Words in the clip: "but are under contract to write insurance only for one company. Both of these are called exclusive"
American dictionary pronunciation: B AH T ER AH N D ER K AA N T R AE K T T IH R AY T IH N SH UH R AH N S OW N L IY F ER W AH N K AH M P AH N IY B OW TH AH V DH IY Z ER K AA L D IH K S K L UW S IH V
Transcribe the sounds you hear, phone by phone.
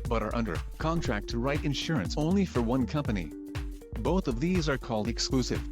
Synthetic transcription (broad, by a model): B AH T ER AH N D ER K AA N T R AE K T T IH R AY T IH N SH UH R AH N S OW N L IY F ER W AH N K AH M P AH N IY B OW TH AH V DH IY Z ER K AA L D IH K S K L UW S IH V